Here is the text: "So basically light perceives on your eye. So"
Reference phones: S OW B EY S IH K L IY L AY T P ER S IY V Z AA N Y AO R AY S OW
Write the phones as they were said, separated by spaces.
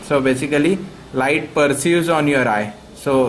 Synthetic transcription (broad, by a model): S OW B EY S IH K L IY L AY T P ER S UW Z AA N Y AO R AY S OW